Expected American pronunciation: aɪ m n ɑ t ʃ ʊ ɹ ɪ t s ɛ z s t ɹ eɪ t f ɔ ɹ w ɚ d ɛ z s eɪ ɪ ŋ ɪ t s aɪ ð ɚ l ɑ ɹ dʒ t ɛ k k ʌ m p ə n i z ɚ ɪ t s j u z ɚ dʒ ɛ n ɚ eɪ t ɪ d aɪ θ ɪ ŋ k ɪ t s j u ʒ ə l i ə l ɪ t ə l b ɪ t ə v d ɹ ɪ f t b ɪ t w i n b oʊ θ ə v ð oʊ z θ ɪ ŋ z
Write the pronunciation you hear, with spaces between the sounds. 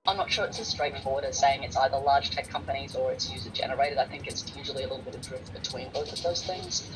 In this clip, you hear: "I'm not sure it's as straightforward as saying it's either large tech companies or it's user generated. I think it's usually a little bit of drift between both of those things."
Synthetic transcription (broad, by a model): aɪ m n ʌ t ʃ ʊ ɹ ɪ t s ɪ s t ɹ eɪ t f ɔ ɹ w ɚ d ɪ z s eɪ ɪ ŋ ɪ t s aɪ ð ɚ l ɑ ɹ dʒ t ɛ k k ʌ m p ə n i z ɚ ɪ t s j u z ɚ dʒ ɛ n ɚ eɪ t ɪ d aɪ θ ɪ ŋ k ɪ t s j u ʒ l i ə l ɪ t l b ɪ t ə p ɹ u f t b ɪ t w i n b oʊ θ ə v ð oʊ z θ ɪ ŋ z